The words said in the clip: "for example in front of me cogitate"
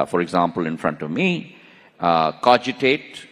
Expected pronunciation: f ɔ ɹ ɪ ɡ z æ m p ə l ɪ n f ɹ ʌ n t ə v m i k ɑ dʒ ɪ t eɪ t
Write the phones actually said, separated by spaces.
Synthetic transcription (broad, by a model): f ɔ ɹ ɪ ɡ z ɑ m p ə l ɪ n f ɹ ʌ n t ə v m i k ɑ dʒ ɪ t eɪ t